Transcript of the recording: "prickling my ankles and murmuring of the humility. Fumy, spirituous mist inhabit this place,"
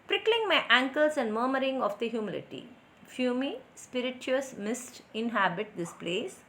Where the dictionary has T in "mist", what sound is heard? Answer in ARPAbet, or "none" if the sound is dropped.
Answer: T